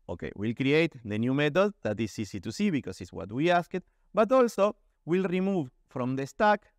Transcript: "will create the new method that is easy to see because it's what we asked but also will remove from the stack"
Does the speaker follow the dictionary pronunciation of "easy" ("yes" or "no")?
no